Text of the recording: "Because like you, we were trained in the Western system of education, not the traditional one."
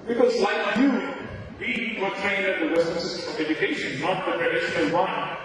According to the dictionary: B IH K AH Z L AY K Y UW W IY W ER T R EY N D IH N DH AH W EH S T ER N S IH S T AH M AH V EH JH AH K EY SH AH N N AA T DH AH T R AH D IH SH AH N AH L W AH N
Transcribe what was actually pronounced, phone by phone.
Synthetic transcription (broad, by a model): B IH K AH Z L AY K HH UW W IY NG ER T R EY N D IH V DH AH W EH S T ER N S IH S T AH M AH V EH JH AH K EY SH AH N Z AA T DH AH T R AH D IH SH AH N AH N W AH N